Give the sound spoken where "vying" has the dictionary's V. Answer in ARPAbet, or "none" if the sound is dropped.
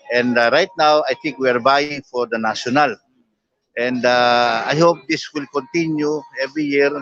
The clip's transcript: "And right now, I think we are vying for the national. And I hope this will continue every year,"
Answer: B